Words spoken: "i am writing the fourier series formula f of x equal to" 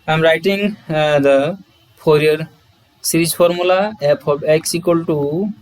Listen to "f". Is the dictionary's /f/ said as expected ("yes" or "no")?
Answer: no